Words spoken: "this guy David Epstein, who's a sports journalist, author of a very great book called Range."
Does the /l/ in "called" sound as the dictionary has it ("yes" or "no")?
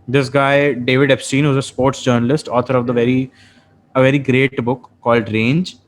yes